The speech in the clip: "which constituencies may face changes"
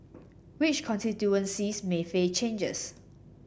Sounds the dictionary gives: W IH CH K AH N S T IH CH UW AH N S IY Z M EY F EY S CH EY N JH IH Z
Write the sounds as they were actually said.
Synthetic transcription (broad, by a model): W IH CH K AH N S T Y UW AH N S IY S M EY F EY CH EY N JH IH S